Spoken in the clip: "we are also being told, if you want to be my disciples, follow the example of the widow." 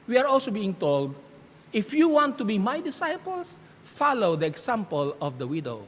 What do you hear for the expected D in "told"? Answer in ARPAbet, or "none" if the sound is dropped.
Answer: D